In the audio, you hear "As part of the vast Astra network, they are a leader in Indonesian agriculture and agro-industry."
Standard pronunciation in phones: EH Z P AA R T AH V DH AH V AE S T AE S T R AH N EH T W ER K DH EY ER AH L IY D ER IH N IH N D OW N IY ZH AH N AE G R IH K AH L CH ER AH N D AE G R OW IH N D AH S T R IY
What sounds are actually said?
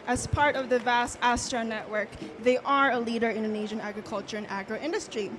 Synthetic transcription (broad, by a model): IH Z P AA R T AH V DH AH V AE S T AE S T R AH N EH T W ER K DH EY ER AH L IY D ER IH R IH N D OW N IY ZH AH N AE G R IH K AH L CH ER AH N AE G R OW IH N D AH S T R IY